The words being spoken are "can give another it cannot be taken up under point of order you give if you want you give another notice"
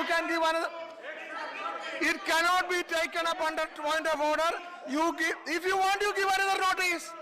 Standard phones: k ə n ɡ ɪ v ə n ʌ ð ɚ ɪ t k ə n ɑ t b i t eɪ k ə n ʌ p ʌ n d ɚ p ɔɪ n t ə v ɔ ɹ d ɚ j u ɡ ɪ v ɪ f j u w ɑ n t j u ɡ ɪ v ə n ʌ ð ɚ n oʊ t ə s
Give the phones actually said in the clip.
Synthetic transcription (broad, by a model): k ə n ɡ ɪ v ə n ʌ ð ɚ ɪ t k ə n ɑ t b i t eɪ k ə n ʌ p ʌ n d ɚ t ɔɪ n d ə b ɔ ɹ d ɚ j u ɡ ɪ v ɪ f j u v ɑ n t j u ɡ ɪ v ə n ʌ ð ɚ n oʊ t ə s